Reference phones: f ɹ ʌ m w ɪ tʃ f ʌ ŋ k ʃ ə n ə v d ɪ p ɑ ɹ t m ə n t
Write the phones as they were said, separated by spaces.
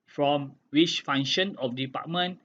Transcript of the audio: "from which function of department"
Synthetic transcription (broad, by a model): f ɹ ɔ m w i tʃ f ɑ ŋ ʃ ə n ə f d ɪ p ɑ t m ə n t